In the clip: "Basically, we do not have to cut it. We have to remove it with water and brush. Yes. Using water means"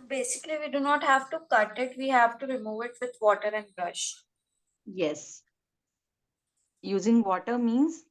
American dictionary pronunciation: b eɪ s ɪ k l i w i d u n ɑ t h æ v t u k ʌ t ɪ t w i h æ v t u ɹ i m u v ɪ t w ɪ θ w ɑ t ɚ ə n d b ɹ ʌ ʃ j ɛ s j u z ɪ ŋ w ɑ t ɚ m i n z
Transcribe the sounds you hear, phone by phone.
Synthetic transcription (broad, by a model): b eɪ s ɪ k l i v i d u n ɑ t h æ v t u k ʌ t ɪ t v i h æ v t u ɹ i m u v ɪ t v ɪ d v ɑ t ɚ ə n d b ɹ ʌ ʃ j ɛ s j u z ɪ ŋ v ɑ t ɚ m i n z